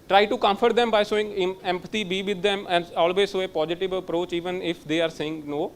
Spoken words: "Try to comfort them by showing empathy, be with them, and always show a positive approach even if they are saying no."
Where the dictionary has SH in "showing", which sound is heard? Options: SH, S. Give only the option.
S